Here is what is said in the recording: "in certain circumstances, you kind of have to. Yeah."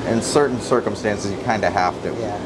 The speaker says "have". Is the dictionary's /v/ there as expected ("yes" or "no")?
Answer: no